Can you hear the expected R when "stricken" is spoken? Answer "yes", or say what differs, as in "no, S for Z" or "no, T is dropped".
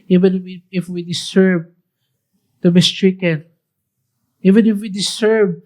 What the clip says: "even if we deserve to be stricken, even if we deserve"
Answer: yes